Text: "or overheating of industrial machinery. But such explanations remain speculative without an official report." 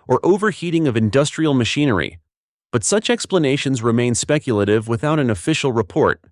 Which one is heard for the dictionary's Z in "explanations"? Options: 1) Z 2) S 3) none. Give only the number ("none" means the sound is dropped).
1